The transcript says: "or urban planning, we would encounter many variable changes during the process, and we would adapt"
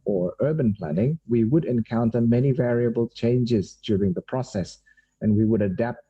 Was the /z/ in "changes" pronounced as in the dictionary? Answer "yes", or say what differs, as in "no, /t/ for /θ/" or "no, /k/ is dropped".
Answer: yes